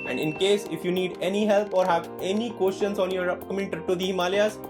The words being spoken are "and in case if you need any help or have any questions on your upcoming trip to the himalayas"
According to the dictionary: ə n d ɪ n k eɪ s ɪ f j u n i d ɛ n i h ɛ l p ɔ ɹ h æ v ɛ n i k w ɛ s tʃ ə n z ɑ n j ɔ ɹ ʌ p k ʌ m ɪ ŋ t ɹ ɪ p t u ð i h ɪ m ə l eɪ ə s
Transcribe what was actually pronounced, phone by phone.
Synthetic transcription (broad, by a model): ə n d ɪ n k eɪ s ɪ f j u n i d ɛ n i h ɛ l p ɔ ɹ h æ v ɛ n i k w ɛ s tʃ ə n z ɑ n j ɔ ɹ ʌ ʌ m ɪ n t ʌ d t u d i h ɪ m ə l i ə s